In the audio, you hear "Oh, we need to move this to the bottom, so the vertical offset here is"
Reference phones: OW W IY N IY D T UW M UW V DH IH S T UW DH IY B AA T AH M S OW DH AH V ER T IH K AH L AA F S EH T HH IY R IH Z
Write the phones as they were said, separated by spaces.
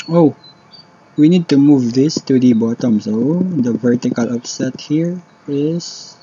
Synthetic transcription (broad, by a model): OW W IY N IY D T UW M UW V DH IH S T UW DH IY B AA T AH M S OW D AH V ER T IH K AH L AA P S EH T HH IY R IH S